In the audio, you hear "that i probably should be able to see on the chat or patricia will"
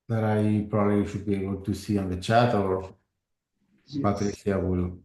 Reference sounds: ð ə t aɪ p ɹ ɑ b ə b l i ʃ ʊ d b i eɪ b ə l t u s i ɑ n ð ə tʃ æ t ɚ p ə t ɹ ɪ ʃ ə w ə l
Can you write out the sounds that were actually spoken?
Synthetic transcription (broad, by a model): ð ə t aɪ p ɹ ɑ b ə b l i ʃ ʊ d b i eɪ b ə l t u s i ɑ n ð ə tʃ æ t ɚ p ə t ɹ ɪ s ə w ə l